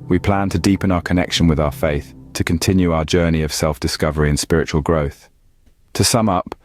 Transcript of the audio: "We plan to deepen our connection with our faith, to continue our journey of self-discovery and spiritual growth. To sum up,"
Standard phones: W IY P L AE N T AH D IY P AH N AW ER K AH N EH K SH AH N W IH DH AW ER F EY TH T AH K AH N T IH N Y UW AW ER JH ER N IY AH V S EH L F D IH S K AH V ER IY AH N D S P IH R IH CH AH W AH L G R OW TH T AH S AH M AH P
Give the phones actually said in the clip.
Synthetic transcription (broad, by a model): W IY P L AE N T AH D IY P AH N AW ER K AH N EH K SH AH N W IH DH AW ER F EY TH T AH K AH N T IH N Y UW AW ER JH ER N IY AH V S EH L F D IH S K AH V ER IY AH N S P IH R IH CH AH W AH L G R OW TH T AH S AH M AH P